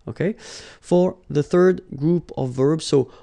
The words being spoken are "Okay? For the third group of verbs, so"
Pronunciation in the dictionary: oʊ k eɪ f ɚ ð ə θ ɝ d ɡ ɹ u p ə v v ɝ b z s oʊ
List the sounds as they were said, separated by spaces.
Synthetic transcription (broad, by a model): oʊ k eɪ f ɚ ð ə θ ɝ d ɡ ɹ u p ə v v ɝ b z s oʊ